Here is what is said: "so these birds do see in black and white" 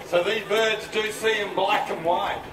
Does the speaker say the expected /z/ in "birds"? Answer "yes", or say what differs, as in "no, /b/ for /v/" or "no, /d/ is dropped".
yes